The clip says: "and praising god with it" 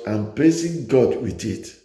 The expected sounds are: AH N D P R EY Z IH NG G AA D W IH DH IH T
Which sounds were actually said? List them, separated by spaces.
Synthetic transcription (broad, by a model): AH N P L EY S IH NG G AA D W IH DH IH T